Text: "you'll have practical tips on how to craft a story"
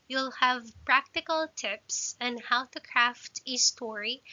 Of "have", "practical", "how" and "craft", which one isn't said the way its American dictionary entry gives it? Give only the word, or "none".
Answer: none